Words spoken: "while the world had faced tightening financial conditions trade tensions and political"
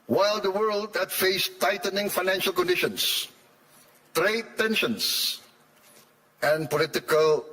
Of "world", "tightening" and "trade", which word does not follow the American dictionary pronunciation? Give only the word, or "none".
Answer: none